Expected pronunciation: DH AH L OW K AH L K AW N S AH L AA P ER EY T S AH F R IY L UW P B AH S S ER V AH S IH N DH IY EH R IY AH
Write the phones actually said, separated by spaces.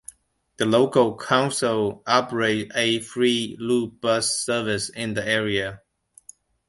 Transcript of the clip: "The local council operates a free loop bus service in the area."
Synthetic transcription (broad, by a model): DH AH L OW K AH L K AW N S AH L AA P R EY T AH F R IY L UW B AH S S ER V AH S IH N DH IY EH R IY AH